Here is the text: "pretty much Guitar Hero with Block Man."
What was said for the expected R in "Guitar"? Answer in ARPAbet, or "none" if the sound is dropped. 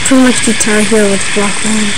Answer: L